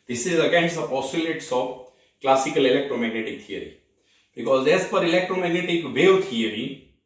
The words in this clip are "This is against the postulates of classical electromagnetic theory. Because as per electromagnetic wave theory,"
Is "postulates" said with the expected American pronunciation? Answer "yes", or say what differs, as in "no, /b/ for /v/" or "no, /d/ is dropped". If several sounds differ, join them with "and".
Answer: no, /tʃ/ is dropped